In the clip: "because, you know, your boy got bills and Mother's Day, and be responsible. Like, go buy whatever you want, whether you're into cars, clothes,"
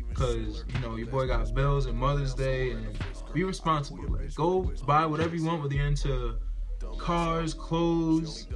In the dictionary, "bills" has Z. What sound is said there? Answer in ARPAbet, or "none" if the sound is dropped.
Z